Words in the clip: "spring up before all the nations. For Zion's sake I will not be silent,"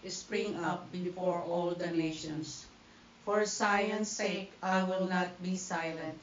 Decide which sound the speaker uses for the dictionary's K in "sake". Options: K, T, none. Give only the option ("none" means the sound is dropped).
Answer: K